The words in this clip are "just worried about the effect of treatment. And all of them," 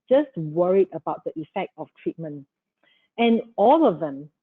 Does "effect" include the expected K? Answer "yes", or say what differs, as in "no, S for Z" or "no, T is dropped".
yes